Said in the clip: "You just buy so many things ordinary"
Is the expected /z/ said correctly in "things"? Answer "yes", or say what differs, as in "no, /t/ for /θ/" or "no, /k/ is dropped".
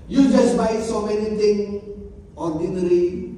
no, /z/ is dropped